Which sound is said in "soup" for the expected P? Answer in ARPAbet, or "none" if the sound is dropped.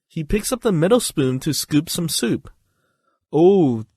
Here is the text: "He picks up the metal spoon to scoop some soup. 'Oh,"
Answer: P